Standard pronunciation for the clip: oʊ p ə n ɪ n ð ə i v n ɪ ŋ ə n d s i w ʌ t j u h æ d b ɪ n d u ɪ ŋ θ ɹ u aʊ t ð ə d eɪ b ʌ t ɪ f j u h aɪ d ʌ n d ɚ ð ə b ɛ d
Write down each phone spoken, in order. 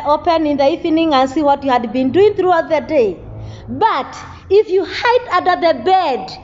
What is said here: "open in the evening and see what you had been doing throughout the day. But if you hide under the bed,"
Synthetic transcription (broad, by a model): oʊ p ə n ɪ n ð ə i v n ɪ ŋ ə n d s i w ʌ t j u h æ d b ɪ n d u ɪ ŋ θ ɹ u aʊ t ð ə d eɪ b ʌ t ɪ f j u h aɪ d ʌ n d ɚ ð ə b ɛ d